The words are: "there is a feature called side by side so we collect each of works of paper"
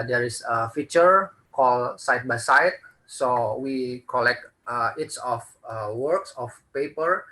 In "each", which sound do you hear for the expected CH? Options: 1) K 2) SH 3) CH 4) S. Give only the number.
4